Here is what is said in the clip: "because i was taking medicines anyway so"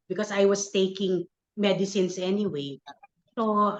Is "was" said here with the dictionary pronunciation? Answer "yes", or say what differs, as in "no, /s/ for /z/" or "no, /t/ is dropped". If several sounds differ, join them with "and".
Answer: no, /s/ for /z/